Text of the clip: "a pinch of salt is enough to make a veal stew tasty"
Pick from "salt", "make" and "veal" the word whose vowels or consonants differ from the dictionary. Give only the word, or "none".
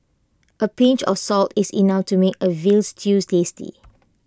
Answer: none